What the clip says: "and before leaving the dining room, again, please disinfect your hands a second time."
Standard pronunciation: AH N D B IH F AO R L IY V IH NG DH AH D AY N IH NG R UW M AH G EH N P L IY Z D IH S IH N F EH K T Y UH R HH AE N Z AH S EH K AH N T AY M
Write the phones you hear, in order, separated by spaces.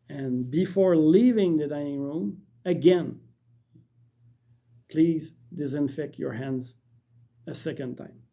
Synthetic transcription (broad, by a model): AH N B IH F AO R L IY V IH NG DH AH D AY N IH NG R UW M AH G EH N P L IY Z D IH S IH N F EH K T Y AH R HH AE N Z AH S EH K AH N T AY M